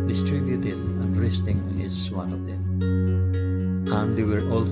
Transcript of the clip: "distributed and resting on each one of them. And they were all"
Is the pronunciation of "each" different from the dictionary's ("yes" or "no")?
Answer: yes